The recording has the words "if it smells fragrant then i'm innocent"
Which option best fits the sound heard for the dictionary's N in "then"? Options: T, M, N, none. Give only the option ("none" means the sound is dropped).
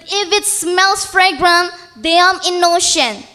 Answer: none